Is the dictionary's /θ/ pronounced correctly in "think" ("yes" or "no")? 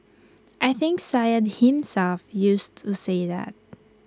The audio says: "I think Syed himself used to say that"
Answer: yes